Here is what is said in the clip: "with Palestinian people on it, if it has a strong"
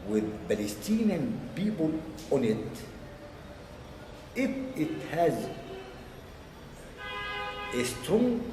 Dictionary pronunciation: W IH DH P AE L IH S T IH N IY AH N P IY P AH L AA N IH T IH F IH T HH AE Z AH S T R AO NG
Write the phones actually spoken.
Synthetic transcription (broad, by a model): W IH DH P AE L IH S T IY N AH N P IY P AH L AA N IH T IH F IH T HH AE Z AH S T R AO NG